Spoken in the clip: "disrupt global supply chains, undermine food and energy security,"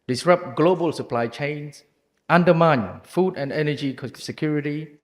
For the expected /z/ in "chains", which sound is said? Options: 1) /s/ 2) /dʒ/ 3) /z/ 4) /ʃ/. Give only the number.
1